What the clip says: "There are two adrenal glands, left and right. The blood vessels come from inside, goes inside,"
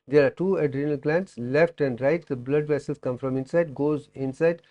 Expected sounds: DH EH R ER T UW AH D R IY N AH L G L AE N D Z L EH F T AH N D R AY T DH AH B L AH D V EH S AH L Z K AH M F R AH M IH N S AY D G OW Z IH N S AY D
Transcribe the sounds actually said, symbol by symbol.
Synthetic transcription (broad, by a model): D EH R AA T UW AH D R IY N AH L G L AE N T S L EH F T AH N D R AY T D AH B L AH D V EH S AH L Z K AH M F R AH M IH N S AY D G OW Z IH N S AY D